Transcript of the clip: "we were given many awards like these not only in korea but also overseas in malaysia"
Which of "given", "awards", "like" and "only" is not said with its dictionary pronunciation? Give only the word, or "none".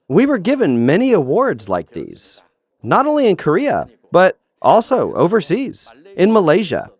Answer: none